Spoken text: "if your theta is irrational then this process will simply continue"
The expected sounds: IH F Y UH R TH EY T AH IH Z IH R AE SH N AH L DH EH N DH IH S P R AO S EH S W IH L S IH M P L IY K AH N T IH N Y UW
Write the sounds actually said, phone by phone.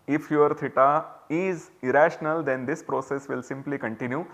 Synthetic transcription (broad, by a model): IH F Y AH R T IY T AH IH Z IH R AE SH N AH L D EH N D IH S P R AO S EH S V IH L S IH M P L IY K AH N T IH N Y UW